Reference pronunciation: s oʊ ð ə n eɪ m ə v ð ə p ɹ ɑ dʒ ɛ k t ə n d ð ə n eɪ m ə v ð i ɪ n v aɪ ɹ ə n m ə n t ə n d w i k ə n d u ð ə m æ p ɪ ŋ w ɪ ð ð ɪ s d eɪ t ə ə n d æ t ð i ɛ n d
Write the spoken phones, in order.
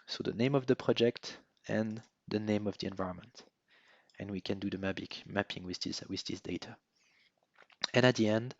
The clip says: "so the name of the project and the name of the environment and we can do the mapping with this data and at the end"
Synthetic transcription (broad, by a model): s oʊ ð ə n eɪ m ə v ð ə p ɹ ɑ dʒ ɛ k t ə n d ð ə n eɪ m ə v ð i ɪ n v aɪ ɹ ə n m ə n t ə n w i k ə n d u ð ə m æ p ɪ ŋ w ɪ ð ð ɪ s d eɪ t ə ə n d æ t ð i ɛ n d